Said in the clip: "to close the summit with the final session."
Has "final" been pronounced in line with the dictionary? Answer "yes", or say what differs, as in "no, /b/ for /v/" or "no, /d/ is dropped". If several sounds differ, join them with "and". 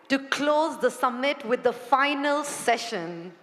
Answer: yes